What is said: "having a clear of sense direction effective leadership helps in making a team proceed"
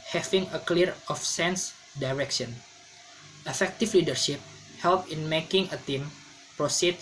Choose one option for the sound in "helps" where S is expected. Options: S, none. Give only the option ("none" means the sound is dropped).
none